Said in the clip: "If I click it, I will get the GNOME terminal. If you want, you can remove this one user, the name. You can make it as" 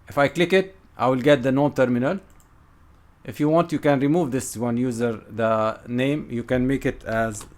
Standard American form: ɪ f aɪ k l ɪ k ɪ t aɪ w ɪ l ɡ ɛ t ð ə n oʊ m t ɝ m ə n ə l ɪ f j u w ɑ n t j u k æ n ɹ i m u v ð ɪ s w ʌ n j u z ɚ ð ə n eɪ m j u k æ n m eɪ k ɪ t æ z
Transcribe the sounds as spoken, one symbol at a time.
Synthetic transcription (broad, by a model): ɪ f aɪ k l ɪ k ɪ t aɪ w ɪ l ɡ ɛ t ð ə n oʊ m t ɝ m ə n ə l ɪ f j u w ɑ n t j u k æ n ɹ i m u v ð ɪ s w ʌ n j u z ɚ ð ə n eɪ m j u k æ n m eɪ k ɪ t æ z